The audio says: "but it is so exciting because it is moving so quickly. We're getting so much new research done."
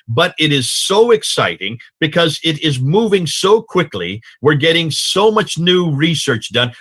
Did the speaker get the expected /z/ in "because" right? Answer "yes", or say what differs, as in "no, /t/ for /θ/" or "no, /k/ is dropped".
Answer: yes